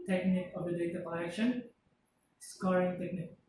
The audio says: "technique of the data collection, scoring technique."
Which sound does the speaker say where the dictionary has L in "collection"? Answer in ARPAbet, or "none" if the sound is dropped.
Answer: none